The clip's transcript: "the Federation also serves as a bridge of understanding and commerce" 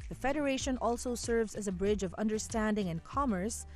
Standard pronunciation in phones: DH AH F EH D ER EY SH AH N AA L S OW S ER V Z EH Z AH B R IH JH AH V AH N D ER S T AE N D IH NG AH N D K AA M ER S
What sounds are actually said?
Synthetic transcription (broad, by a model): DH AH F EH D ER EY SH AH N AA L S OW S ER V Z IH Z AH B R IH JH AH V AH N D ER S T AE N D IH NG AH N K AA M ER S